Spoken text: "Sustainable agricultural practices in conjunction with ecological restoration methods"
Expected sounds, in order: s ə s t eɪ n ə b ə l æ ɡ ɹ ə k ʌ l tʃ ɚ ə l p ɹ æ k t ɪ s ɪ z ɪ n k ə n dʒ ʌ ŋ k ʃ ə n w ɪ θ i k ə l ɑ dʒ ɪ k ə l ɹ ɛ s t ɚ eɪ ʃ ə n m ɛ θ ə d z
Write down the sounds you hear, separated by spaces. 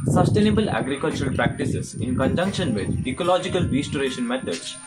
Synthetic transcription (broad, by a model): s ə s t eɪ n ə b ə l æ ɡ ɹ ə k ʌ l tʃ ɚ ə l p ɹ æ k t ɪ s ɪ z ɪ n k ə n dʒ ʌ ŋ k ʃ ə n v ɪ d i k ə l ɑ dʒ ɪ k ə l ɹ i s t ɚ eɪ ʃ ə n m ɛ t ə d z